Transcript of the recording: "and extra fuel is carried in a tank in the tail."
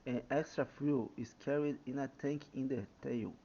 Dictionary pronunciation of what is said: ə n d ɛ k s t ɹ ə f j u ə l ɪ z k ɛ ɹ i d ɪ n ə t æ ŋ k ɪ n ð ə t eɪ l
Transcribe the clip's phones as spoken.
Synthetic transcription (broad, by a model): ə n ɛ k s t ɹ ə f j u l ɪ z k ɛ ɹ i d ɪ n ə t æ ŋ k ɪ n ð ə t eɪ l